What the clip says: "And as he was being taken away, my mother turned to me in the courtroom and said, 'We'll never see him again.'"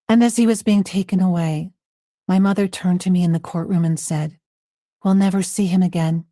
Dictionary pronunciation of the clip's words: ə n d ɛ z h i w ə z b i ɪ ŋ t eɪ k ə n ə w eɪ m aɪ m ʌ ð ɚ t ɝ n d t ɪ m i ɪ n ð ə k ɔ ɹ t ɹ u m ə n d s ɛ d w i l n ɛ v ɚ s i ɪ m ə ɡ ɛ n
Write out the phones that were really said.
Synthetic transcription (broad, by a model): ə n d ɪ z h i w ə z b i ɪ ŋ t eɪ k ə n ə w eɪ m aɪ m ʌ ð ɚ t ɝ n t ɪ m i ɪ n ð ə k ɔ ɹ t ɹ u m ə n s ɛ d w i l n ɛ v ɚ s i ɪ m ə ɡ ɛ n